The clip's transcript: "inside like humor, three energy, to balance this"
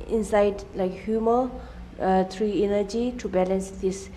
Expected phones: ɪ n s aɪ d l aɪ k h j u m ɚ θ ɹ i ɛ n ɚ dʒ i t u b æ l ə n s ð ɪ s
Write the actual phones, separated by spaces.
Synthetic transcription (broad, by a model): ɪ n s aɪ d l aɪ k h j u m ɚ t ɹ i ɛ n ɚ dʒ i t u b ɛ l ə n s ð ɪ s